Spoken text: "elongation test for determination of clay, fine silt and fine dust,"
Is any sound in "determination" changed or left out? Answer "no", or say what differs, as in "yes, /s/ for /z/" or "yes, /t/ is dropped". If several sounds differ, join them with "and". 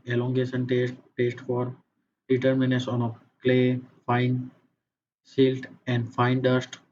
yes, /s/ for /ʃ/